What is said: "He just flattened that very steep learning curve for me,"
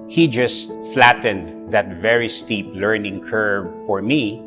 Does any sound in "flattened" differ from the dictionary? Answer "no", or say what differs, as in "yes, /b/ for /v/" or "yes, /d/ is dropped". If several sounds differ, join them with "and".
no